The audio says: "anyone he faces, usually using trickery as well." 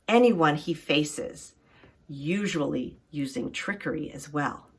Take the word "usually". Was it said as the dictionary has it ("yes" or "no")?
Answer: yes